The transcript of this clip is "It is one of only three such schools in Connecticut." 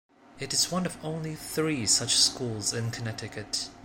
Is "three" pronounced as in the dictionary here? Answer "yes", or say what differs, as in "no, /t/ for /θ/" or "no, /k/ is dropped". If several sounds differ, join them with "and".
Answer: yes